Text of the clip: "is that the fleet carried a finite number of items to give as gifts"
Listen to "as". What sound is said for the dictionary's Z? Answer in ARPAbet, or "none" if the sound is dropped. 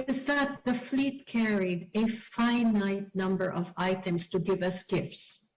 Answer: S